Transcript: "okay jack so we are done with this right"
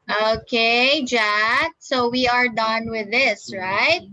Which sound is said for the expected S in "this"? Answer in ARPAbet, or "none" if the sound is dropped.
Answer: S